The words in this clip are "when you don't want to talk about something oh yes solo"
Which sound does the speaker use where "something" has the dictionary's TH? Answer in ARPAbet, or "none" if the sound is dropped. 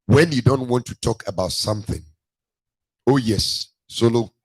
TH